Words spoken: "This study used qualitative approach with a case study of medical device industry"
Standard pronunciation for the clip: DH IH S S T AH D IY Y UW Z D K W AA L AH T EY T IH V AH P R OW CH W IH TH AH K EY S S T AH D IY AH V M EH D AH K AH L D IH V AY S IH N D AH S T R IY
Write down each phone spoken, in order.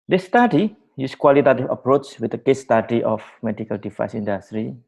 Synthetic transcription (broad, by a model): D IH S S T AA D IY Y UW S K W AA L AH T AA T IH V AH P R OW CH W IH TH AH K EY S S T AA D IY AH F M EH D AH K AH L D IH F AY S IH N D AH S T R IY